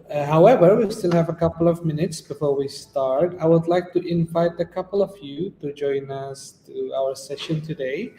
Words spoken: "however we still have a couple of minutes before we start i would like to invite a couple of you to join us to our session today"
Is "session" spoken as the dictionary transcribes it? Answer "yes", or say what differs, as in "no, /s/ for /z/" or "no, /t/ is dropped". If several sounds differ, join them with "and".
yes